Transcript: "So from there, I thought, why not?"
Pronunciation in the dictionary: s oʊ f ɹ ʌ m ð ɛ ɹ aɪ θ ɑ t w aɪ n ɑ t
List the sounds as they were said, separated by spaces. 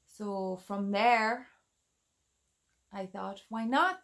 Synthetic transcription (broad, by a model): s oʊ f ɹ ʌ m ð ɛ ɹ aɪ θ ɑ t w aɪ n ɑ t